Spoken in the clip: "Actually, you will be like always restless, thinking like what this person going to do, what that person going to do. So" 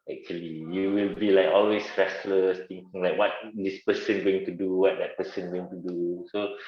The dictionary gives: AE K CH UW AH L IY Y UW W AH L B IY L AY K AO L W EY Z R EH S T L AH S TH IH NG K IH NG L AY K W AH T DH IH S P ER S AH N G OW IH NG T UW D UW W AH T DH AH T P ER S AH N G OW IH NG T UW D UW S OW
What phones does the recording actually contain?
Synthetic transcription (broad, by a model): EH K CH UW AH L IY Y UW W AH L B IY L AY K AO L W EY S R EH S L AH S T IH NG K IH NG L AY K W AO T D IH S P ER S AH N G OW IH NG T UW D UW W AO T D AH T P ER S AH N G OW IH NG T UW D UW S OW